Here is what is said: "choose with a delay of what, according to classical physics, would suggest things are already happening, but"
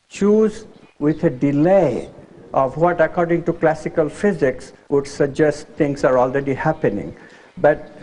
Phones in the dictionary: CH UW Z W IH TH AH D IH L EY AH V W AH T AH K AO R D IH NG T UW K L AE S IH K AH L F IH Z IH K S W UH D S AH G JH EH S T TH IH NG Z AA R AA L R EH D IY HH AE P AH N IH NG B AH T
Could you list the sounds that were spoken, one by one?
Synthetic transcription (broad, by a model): CH UW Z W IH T AH D IH L EY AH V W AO T AH K AO R D IH NG T UW K L AE S IH K AH L F IH Z IH K S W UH D S AH G JH EH S T T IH NG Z AA R AA L R EH D IY HH AE P AH N IH NG B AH T